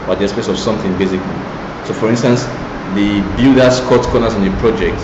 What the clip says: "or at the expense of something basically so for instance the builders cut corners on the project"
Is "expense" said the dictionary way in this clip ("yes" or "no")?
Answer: no